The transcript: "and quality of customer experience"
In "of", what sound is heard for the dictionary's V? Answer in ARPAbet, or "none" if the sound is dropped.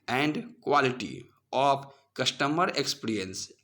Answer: P